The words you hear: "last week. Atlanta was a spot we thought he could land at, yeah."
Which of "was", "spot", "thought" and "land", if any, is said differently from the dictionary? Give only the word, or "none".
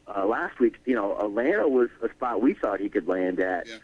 none